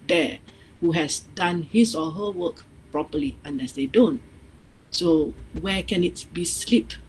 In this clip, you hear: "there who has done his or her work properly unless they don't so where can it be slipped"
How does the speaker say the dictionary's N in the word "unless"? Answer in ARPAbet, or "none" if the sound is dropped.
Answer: N